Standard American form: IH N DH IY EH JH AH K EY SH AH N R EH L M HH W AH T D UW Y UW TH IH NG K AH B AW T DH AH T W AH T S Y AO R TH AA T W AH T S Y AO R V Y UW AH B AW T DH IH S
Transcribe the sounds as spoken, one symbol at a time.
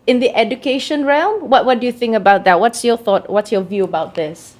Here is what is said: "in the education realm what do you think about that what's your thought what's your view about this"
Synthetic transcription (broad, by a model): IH N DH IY EH JH AH K EY SH AH N R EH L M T W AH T D UW Y UW TH IH NG K AH B AW T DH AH T W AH T S Y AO TH AA T W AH T S Y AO V Y UW AH B AW T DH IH S